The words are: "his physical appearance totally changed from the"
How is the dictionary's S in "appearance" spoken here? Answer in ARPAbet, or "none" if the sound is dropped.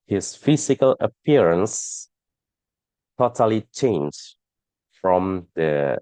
S